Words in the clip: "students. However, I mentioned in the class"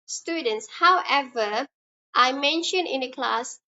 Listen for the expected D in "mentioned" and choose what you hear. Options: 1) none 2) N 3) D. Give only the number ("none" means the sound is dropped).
1